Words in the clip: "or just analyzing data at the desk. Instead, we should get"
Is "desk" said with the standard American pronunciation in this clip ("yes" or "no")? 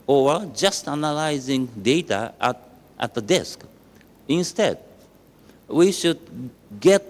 yes